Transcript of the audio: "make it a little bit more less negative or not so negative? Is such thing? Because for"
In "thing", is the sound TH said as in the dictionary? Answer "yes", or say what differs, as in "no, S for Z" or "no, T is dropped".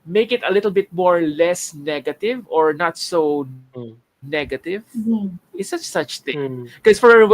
no, S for TH